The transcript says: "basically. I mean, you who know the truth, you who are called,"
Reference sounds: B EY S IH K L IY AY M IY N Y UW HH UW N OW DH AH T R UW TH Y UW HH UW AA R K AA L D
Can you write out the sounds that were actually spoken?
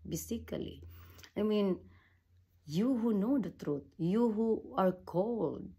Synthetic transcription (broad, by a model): B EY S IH K L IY AY M IY N Y UW HH UW N OW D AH T R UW T Y UW HH UW AA R K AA L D